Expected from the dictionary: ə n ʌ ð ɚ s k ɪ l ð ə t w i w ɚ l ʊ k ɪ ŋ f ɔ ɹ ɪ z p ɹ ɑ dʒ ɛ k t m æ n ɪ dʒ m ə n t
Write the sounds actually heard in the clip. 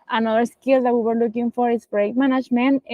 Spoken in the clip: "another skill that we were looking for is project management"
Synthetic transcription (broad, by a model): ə n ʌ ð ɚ s k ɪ l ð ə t w i w ɚ l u k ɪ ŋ f ɔ ɹ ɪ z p ɹ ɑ ɛ k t m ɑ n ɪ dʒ m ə n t